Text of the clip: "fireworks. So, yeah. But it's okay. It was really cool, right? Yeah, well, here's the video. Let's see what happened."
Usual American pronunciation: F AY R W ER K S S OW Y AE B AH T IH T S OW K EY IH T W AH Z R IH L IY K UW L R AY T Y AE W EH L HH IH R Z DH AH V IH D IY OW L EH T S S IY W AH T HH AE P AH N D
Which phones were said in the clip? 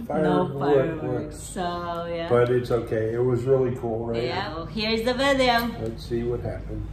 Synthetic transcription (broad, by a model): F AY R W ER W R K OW Y AE B AH T IH T S OW K EY IH T W AH Z R IH L IY K UW L R AY T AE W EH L HH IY R Z DH AH V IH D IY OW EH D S S IY W AH T HH AE P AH N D